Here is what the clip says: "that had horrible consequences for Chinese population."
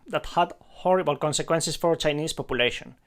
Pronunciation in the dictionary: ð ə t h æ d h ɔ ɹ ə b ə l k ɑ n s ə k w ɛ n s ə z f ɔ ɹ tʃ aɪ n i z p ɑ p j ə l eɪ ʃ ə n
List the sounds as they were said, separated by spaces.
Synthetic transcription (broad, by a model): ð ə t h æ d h ɔ ɹ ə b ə l k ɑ n s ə k w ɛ n s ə s f ɔ ɹ tʃ aɪ n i s p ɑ p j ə l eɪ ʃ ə n